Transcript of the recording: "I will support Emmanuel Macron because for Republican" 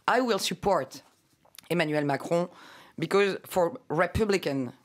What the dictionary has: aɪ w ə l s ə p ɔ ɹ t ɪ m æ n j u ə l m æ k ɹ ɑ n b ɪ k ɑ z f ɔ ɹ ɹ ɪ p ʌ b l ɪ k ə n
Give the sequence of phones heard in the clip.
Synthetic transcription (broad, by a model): aɪ w ə l s ə p ɔ ɹ t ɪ m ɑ n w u l m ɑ k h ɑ b ɪ k ɑ z f ɔ ɹ ɹ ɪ p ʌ b l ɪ k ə n